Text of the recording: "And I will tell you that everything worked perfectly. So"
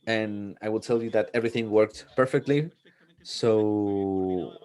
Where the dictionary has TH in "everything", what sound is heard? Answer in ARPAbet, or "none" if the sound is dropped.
TH